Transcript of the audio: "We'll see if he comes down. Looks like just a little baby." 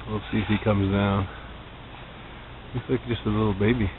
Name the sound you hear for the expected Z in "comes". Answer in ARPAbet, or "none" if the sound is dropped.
Z